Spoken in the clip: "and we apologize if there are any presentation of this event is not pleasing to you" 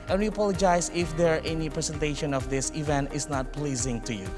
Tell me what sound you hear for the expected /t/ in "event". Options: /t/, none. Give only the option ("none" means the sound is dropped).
/t/